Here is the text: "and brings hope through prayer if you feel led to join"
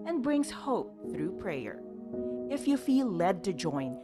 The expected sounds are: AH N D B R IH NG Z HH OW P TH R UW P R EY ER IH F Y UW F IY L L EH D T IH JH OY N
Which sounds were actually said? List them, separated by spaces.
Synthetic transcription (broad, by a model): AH N B R IH NG Z HH OW P TH R UW P R EY ER IH F Y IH F IY L L EH D T IH JH OY N